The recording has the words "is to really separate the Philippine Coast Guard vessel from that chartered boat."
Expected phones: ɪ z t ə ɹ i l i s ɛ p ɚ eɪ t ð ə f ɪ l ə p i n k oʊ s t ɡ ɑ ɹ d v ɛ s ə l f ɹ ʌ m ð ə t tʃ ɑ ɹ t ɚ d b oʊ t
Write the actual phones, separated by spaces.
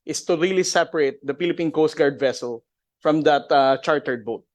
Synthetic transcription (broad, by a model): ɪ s t ə ɹ i l i s ɛ p ɚ eɪ t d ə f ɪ l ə p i n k oʊ s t ɡ ɑ ɹ d v ɛ s ə l f ɹ ʌ m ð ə t tʃ ɑ ɹ t ɚ d b oʊ t